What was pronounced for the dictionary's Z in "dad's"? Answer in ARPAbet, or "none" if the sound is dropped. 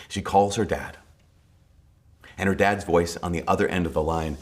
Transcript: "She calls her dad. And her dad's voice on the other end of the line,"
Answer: Z